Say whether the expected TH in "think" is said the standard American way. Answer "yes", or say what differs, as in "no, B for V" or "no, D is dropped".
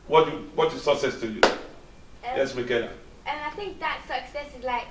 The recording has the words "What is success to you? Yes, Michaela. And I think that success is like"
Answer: yes